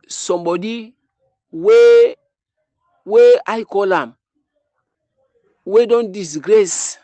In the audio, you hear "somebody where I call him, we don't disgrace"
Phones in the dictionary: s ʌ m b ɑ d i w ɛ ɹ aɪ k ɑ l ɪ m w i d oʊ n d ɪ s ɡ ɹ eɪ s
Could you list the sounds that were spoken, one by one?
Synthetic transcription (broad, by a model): s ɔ m b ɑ d i w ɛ w aɪ k ɑ l ɪ m w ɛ d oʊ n d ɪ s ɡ ɹ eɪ s